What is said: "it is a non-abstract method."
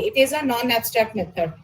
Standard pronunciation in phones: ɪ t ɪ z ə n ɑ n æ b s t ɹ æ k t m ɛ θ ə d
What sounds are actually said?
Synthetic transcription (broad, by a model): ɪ t ɪ z ə n ɑ n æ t s t ɛ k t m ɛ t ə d